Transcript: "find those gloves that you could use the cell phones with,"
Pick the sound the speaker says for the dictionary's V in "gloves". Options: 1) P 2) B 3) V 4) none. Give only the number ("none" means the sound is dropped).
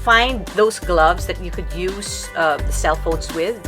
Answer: 3